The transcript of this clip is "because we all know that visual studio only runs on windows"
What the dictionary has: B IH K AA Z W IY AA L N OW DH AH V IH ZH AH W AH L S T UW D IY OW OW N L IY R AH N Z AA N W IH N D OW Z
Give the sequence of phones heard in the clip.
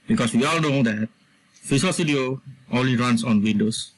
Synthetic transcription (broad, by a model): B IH K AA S W IY AA L N OW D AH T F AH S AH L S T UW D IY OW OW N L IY R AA N S AA N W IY N D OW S